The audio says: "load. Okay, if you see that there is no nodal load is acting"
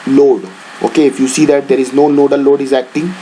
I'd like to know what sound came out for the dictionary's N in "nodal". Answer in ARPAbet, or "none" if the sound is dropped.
L